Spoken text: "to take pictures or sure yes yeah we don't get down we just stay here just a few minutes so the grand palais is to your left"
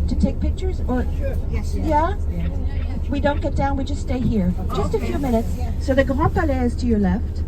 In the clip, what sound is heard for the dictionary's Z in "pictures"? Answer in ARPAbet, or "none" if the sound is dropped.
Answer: Z